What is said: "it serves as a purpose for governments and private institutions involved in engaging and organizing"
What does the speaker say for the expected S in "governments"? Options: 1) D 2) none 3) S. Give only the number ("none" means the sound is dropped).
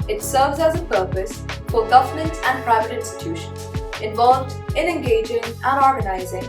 2